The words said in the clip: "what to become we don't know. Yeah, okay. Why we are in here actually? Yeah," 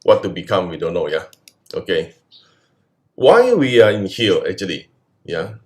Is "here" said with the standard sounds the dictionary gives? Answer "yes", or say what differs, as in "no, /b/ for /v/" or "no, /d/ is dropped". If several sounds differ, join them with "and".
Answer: no, /l/ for /ɹ/